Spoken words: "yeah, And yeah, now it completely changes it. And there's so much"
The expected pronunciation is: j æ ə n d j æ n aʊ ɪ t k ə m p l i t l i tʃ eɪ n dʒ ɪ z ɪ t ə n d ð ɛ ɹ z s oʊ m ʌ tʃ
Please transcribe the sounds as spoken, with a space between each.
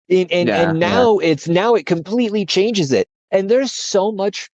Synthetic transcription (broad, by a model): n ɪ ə n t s n aʊ ɪ t k ə m p l i t l i tʃ eɪ n dʒ ɪ z ɪ t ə n ð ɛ ɹ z s oʊ m ʌ tʃ